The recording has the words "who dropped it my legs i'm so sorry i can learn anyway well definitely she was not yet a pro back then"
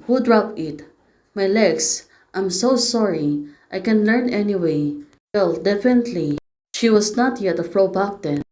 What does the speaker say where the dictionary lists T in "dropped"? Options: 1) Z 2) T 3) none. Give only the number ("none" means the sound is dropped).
3